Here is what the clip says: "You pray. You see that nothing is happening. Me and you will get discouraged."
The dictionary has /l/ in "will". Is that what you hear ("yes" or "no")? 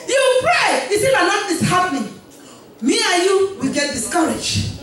yes